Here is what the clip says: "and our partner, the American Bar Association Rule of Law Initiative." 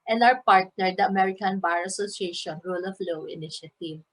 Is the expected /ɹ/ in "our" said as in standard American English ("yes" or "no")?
no